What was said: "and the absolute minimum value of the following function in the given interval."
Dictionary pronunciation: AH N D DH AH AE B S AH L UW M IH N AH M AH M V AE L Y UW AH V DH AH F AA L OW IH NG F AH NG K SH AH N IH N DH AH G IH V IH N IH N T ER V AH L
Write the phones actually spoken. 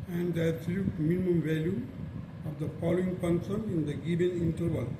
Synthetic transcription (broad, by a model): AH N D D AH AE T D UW M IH N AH M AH M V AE L Y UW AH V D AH F AA L OW IH NG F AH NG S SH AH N IH N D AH G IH B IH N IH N T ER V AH L